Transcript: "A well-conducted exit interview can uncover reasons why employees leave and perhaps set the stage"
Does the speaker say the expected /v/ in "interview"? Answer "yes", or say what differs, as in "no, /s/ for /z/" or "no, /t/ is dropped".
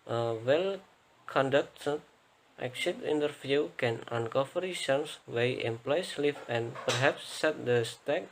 no, /f/ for /v/